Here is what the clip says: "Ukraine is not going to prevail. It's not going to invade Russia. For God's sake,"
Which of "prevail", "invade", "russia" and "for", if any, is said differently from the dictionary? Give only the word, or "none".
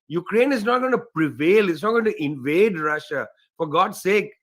none